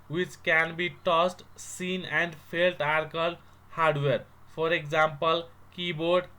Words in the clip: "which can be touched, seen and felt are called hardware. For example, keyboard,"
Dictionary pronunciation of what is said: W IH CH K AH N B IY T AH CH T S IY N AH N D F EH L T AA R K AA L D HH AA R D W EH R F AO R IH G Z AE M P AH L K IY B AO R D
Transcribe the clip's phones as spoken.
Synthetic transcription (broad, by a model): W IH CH K AH N B IY T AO S T S IY N AH N D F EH L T AA R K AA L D HH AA R D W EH R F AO R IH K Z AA M P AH L K IY B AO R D